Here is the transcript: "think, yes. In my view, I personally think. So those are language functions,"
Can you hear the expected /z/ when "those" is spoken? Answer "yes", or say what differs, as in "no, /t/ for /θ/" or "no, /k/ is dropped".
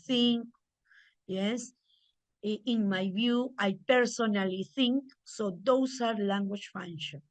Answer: no, /s/ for /z/